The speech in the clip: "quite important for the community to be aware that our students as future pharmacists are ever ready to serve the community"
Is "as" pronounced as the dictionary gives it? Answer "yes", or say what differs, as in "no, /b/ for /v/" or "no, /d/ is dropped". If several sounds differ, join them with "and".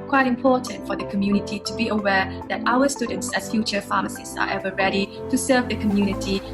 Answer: no, /s/ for /z/